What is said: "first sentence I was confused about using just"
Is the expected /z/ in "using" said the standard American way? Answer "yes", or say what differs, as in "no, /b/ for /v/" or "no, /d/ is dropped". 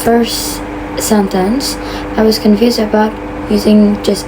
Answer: yes